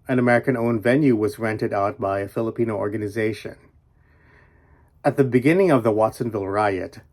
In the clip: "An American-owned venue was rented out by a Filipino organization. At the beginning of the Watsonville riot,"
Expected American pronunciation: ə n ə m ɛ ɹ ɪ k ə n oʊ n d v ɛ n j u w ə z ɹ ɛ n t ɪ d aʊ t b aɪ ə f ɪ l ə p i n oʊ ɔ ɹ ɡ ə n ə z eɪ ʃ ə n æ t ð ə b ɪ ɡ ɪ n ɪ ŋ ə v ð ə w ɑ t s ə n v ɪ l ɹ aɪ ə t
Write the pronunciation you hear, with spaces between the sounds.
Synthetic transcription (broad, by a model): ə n ə m ɛ ɹ ɪ k ə n oʊ n v ɛ n j u w ə z ɹ ɛ n t ɪ d aʊ t b aɪ ə f ɪ l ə p i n oʊ ɔ ɹ ɡ ə n ə z eɪ ʃ ə n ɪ t ð ə b ɪ ɡ ɪ n ɪ ŋ ə v ð ə w ɑ t s ə n v ɪ l ɹ aɪ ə t